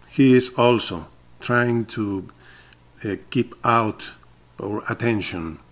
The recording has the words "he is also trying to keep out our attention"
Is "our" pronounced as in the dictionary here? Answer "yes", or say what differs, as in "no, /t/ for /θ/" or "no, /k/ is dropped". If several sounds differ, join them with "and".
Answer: yes